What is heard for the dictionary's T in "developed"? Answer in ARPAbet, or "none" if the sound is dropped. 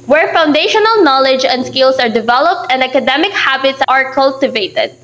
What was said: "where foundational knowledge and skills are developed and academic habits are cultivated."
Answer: T